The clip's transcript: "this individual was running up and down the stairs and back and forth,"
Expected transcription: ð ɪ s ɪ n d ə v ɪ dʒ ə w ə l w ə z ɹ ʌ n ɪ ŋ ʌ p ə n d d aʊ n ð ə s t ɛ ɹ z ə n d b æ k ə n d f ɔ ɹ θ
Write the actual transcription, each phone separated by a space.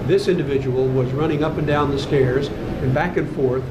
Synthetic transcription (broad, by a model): ð ɪ s ɪ n d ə v ɪ dʒ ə w l w ə z ɹ ʌ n ɪ ŋ ʌ p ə n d d aʊ n ð ə s t ɛ ɹ z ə n b æ k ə n f ɔ ɹ θ